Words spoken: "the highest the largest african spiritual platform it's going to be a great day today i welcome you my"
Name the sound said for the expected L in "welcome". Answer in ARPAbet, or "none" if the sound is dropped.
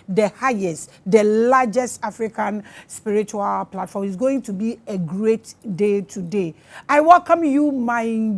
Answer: L